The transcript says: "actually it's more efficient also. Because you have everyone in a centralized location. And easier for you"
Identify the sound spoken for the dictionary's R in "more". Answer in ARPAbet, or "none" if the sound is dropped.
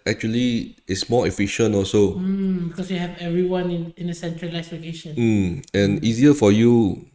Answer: L